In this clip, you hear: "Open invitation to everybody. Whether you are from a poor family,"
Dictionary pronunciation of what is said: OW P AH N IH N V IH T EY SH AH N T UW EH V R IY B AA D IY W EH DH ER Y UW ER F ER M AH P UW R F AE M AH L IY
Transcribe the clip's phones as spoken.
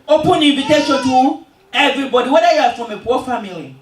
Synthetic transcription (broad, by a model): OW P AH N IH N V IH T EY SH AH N T UW EH V R IY B AA D IY W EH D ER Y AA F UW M AH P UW W F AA M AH L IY